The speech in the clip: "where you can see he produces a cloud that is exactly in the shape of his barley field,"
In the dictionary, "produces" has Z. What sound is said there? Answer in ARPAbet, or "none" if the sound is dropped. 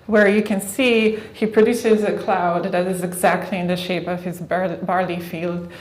Z